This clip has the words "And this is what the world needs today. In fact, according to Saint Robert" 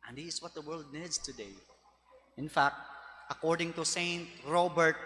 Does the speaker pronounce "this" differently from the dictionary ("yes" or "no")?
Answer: yes